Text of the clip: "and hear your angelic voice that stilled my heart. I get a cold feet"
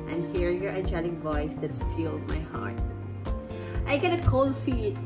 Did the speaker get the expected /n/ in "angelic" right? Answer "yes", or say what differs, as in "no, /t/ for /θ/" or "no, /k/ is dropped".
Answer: no, /n/ is dropped